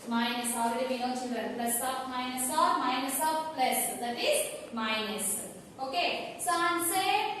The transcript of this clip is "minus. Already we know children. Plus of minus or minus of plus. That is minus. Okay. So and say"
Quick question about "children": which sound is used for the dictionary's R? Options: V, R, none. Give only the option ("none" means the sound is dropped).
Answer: none